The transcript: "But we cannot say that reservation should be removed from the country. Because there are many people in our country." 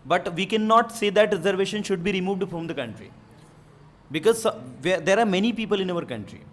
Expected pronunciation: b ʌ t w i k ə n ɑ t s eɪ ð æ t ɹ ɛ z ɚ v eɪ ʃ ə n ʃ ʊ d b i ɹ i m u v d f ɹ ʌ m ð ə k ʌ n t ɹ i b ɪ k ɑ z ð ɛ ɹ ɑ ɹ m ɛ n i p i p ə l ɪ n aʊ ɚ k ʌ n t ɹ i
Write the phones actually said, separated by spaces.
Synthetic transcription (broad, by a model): b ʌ t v i k ə n ɑ t s eɪ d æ t ɹ ɛ z ɚ v eɪ ʃ ə n ʃ ʊ d b i ɹ i m u v d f ɹ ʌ m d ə k ʌ n t ɹ i b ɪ k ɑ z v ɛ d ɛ ɹ m ɛ n i p i p ə l ɪ n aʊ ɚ k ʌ n t ɹ i